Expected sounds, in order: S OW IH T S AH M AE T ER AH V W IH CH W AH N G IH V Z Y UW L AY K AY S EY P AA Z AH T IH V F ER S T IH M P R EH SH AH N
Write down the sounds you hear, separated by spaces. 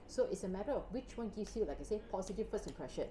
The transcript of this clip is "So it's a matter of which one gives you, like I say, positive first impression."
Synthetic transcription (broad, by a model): S OW IH T S AH M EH T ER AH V W IH CH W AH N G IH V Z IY L AY K AY S EY P AA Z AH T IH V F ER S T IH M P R EH SH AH N